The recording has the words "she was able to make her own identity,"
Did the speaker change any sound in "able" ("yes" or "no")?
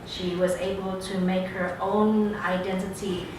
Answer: no